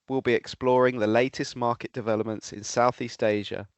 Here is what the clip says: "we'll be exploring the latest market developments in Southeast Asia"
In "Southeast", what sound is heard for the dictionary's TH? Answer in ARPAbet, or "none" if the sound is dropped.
TH